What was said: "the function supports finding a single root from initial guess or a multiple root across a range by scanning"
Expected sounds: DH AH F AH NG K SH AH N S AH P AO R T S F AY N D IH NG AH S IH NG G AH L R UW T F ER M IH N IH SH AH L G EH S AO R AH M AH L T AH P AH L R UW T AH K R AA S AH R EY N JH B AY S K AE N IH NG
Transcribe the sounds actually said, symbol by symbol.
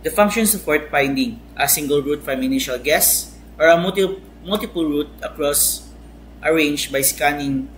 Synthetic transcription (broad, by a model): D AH F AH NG K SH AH N S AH F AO R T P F AY N D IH NG AH S IH NG G AH L R UW T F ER M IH N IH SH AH L G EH S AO R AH M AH L T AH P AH L R UW T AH K R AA S AH R EY N JH B AY S K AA N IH NG